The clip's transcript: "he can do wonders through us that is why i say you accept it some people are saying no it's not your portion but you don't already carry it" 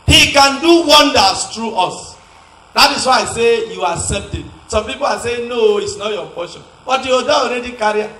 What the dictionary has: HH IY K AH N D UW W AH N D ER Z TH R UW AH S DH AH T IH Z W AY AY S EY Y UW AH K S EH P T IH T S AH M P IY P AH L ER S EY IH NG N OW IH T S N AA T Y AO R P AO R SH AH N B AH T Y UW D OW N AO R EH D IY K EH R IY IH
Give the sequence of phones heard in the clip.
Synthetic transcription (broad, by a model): HH IY K AH N D UW W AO N D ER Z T R UW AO S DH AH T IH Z W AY AY S EY Y UW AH S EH T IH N S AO M P IY P AH L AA S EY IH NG N OW IH T S N AA T Y AO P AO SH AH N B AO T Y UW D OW AO R EH D IY K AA R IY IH